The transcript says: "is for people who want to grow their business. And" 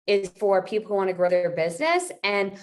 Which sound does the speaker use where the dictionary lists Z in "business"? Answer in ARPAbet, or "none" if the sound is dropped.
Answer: Z